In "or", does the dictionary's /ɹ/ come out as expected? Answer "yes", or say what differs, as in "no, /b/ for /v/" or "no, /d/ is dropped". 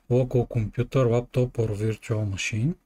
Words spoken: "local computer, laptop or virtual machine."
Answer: yes